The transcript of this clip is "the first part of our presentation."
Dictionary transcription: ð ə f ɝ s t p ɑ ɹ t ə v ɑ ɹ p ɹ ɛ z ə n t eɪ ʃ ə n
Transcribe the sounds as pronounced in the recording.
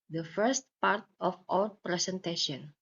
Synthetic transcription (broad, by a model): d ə f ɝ s t p ɑ ɹ t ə f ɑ w p ɹ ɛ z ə n t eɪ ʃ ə n